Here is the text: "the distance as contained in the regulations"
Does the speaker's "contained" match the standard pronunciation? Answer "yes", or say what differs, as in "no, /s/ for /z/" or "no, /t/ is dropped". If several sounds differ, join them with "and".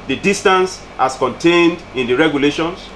yes